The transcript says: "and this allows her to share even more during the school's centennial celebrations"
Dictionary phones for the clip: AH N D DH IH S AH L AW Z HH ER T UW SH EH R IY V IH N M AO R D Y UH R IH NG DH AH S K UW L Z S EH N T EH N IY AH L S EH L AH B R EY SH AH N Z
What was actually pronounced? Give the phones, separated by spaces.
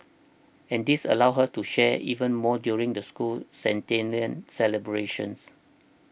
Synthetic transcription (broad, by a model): AH N D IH S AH L AW HH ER T UW SH EH IY V IH N M AO D Y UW R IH NG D AH S K UW L S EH N T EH N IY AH N S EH L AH B R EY SH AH N S